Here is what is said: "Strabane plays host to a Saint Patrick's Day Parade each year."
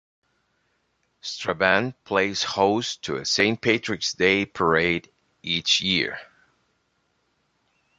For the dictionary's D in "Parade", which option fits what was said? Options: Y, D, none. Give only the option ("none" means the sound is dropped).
D